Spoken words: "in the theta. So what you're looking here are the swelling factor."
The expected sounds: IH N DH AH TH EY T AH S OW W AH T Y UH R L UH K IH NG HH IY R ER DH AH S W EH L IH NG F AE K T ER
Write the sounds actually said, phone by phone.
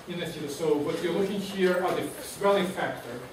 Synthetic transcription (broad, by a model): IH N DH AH S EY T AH S OW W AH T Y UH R L UH K IH NG HH IY R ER DH AH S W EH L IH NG F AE K T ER